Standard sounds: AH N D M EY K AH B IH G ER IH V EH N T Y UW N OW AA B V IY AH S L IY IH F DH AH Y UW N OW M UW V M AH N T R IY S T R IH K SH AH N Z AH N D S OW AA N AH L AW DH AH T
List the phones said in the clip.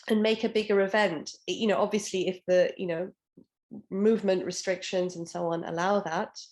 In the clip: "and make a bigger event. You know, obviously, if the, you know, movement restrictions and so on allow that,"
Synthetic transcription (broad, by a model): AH N M EY K AH B IH G ER IH V EH N T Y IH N OW AA B V IY AH S L IY IH F DH AH Y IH N OW M UW V M AH N T R IY S T R IH K SH AH N Z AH N S OW AA N AH L AW DH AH T